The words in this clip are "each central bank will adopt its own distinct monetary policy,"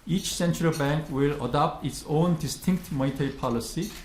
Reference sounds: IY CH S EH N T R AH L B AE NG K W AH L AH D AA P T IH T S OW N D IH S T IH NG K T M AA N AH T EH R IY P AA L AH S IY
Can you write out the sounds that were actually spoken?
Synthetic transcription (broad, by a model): IY CH S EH N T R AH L B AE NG K W AH L AH D AA P T IH T S OW N D IH S T IH NG K T M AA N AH T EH R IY P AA L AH S IY